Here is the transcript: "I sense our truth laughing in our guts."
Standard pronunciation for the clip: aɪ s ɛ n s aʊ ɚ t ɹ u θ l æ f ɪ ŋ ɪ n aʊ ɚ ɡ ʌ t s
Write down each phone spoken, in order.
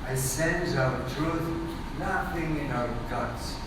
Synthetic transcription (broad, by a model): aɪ s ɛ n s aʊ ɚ t ɹ u θ n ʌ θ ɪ ŋ ɪ n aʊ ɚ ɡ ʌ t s